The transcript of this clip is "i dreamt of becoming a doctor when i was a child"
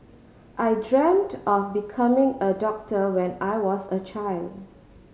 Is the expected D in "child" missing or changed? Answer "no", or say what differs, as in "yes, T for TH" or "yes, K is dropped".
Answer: no